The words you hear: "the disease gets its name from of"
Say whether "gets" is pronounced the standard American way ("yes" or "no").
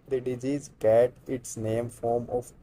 no